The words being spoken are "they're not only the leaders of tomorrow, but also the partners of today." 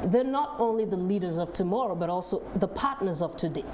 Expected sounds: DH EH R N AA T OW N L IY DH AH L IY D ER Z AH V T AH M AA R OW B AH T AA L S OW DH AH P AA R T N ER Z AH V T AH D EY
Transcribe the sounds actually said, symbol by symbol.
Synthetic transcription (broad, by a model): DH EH R N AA T OW N L IY DH AH L IY D ER Z AH V T AH M AA R OW B AH T AA L S OW DH AH P AA R T N ER Z AH V T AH D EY